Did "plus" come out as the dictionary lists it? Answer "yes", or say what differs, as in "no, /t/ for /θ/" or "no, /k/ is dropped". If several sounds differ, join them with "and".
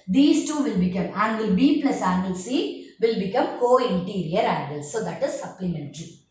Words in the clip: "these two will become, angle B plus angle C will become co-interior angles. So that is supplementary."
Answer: no, /n/ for /l/